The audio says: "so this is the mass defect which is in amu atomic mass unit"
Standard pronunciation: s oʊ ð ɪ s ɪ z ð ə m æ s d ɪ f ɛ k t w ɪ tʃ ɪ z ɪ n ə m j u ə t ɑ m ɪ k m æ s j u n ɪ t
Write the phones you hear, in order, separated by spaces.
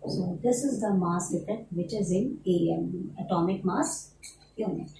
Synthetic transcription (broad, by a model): s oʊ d ɪ s ɪ z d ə m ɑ s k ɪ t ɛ t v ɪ tʃ ɪ z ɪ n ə ə t ɑ m ɪ k m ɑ s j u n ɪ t